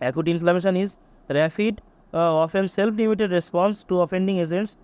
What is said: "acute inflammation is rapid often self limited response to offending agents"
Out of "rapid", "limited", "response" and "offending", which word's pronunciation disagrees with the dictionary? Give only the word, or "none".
rapid